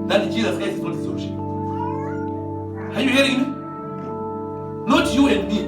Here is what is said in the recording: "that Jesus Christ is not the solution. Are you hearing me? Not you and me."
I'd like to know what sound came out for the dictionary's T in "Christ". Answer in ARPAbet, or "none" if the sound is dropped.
none